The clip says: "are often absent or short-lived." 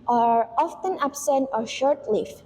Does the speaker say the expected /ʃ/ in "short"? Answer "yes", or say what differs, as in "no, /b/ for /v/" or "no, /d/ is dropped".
yes